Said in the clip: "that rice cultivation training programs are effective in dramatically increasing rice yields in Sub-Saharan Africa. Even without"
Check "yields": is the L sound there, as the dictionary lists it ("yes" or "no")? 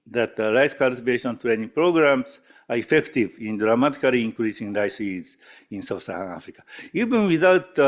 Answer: no